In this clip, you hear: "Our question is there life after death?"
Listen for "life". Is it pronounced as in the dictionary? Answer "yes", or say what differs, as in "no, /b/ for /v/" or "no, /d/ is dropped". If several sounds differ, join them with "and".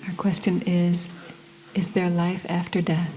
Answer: yes